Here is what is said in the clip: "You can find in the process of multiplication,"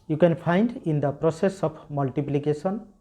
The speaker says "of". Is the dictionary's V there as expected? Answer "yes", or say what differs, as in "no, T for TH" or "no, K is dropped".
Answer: no, P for V